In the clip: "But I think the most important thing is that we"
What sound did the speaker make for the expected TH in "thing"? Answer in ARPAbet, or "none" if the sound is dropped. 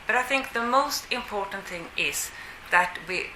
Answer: TH